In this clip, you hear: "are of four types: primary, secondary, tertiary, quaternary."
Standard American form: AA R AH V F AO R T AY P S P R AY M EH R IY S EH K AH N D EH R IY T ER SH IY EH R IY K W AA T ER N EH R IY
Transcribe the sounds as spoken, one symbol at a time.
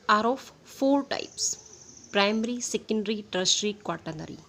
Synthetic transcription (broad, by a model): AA R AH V F AO R T AY P S P R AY M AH R IY S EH K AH N D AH R IY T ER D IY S R IY K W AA T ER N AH R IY